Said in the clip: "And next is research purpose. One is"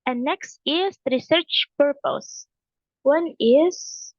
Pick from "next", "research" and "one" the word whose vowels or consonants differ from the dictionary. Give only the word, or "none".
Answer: none